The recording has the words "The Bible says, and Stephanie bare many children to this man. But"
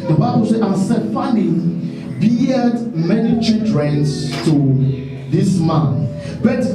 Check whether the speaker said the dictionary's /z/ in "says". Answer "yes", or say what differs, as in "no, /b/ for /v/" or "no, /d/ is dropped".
no, /z/ is dropped